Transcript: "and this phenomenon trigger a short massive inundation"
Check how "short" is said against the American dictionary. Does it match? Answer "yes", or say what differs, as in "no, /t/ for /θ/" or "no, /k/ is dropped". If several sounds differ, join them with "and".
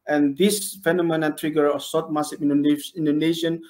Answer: no, /s/ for /ʃ/